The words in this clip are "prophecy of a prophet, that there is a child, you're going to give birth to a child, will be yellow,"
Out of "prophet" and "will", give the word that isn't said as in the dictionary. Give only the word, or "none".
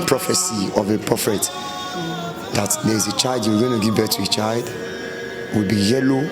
prophet